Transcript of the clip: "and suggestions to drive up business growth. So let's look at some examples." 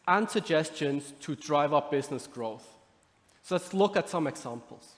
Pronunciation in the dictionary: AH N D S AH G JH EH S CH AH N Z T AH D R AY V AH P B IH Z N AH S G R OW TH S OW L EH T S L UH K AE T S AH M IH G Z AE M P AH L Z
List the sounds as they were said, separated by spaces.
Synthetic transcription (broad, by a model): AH N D S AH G JH EH S CH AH N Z T AH D R AY V AH P B IH Z N AH S G R OW TH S OW L EH T S L UH K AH T S AH M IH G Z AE M P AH L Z